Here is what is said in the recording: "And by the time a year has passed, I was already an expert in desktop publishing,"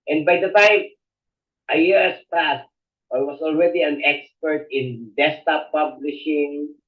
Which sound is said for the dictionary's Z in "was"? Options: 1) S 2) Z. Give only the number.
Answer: 1